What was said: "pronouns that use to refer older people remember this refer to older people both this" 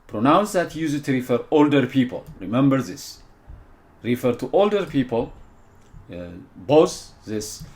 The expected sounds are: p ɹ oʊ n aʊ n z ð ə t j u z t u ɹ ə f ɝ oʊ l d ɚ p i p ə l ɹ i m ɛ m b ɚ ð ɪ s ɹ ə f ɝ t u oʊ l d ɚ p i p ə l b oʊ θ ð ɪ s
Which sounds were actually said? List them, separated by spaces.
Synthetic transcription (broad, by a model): p ɹ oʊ n aʊ n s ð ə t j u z t u ɹ ə f ɝ oʊ l d ɚ p i p ə l ɹ i m ɛ m b ɚ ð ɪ s ɹ ə f ɝ t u oʊ l d ɚ p i p ə l b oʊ s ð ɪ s